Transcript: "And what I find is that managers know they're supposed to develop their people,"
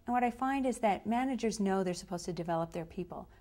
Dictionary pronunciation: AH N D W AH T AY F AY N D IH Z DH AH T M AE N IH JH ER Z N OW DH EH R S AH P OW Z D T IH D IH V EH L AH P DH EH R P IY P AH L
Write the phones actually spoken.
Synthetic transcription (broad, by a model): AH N W AH T AY F AY N D IH Z DH AH T M AE N IH JH ER Z N OW DH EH R S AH P OW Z T IH D IH V EH L AH P DH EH R P IY P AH L